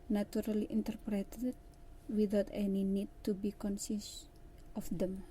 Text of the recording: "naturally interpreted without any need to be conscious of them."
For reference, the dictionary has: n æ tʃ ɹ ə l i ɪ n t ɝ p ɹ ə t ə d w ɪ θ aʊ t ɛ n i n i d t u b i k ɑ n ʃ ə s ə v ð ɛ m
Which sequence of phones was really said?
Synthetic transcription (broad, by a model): n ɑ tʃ ɹ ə l i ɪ n t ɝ p ɹ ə t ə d w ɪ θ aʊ t ɛ n i n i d t u b i k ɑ n s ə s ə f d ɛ m